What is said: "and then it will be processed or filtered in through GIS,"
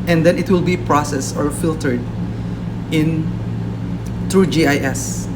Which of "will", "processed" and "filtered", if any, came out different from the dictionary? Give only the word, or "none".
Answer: processed